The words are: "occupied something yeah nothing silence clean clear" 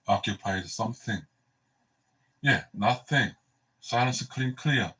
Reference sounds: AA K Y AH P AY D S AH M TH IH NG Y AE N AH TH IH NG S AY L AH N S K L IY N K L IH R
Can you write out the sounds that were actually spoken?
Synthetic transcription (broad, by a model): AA K Y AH P AY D S AH M TH IH NG Y AE N AH TH IH NG S AY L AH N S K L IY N K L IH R